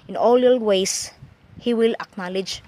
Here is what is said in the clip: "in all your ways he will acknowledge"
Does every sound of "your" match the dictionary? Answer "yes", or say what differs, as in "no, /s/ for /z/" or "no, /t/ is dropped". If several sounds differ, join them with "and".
no, /l/ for /ɹ/